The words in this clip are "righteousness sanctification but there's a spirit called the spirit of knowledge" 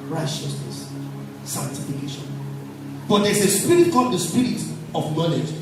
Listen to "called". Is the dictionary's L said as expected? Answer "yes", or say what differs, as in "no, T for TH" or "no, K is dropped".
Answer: no, L is dropped